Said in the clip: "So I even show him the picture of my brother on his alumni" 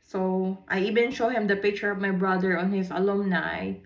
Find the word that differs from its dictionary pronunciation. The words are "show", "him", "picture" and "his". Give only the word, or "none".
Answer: his